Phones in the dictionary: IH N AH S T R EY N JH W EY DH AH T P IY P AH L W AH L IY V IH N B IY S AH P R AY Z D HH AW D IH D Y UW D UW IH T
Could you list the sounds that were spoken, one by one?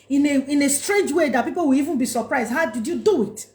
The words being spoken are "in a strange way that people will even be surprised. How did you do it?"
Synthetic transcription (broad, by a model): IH N AH S T R EY N JH W EY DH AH T P IY P AH L W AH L IY V IH N B IY S AH P R AY Z D HH AW D IH D Y UW D UW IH T